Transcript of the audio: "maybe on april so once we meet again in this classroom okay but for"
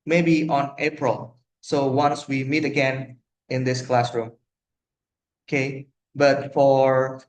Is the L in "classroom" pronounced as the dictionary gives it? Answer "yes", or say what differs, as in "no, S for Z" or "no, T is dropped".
yes